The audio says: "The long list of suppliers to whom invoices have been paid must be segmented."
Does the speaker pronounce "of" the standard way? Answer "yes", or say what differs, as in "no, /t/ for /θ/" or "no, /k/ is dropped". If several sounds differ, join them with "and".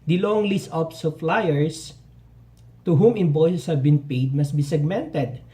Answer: no, /p/ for /v/